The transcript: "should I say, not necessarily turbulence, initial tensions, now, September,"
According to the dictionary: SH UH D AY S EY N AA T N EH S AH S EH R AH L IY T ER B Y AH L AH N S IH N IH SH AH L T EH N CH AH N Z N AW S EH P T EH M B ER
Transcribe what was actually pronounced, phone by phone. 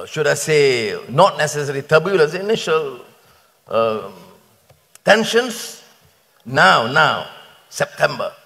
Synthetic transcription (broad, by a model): SH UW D AY S EY N AA T N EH S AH S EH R IY T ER B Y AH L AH S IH N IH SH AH L T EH N SH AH N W N AW S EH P T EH M B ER